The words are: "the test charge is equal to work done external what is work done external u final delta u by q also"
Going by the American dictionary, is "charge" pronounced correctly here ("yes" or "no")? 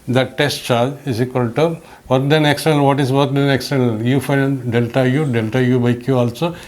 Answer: no